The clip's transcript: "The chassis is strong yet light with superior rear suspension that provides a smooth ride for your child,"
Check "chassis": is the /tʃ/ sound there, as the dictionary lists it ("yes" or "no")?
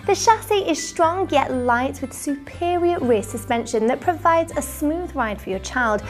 no